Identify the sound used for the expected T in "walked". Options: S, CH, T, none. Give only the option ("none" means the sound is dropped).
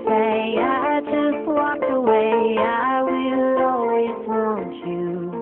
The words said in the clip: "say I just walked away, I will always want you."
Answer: none